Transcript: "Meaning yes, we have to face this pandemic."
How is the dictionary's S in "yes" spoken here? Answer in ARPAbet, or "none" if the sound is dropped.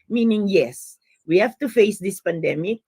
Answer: S